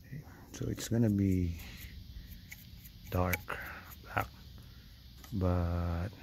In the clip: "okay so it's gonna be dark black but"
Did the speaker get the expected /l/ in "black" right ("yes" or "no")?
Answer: no